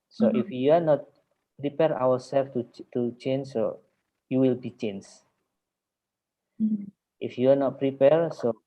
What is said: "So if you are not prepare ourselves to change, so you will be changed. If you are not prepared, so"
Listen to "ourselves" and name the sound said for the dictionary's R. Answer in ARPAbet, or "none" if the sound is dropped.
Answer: W